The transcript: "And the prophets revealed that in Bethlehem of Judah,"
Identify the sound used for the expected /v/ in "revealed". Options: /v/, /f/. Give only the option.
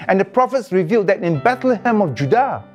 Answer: /v/